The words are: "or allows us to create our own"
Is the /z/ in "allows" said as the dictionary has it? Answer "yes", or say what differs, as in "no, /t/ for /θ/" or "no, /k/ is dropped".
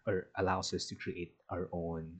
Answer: no, /s/ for /z/